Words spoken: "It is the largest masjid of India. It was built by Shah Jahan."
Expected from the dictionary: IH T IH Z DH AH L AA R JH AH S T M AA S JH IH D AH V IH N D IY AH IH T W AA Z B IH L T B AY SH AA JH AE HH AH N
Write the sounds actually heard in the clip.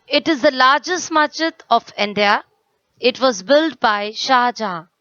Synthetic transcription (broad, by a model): IH T IH Z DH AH L AA R JH AH S T M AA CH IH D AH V IH N D IY AH IH T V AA Z B IH L T B AY SH AA JH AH